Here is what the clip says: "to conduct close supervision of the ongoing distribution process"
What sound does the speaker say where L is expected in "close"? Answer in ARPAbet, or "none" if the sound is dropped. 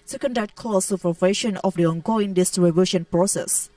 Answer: none